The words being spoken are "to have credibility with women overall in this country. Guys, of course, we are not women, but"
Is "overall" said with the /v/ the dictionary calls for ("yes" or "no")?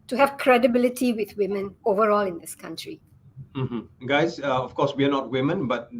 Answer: yes